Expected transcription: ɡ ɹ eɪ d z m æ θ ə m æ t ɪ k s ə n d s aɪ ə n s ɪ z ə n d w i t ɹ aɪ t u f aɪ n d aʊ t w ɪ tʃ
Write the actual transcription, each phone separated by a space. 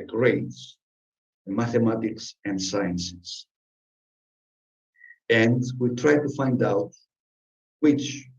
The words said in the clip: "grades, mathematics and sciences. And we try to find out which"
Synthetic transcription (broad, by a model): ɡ ɹ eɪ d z m æ θ ə m æ t ɪ k s ə n d s aɪ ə n s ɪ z ə n d w i t ɹ aɪ t u f aɪ n d aʊ t w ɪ tʃ